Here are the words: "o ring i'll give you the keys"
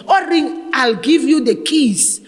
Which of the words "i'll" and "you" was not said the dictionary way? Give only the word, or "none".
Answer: none